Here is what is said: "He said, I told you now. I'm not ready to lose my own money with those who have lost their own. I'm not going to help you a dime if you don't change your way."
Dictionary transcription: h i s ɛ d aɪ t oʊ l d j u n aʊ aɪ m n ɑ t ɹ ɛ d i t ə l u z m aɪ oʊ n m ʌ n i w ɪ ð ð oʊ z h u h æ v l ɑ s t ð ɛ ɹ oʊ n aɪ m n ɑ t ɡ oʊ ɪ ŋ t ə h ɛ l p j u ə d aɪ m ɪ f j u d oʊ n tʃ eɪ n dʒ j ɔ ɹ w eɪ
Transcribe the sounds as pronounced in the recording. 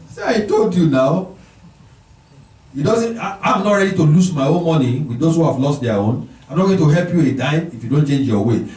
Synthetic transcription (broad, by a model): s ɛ aɪ t oʊ l d j u n aʊ aɪ m n ɑ t ɹ ɛ d i t ə l u s m aɪ oʊ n m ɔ n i w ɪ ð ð oʊ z h u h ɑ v l ɑ s t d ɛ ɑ oʊ n aɪ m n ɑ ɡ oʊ t ə h ɛ l p j u ə d aɪ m ɪ f j u d oʊ n tʃ eɪ n dʒ j ɔ w eɪ